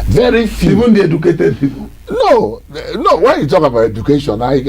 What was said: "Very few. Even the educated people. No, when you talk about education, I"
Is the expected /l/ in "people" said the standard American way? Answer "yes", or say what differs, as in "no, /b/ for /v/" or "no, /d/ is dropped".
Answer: no, /n/ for /l/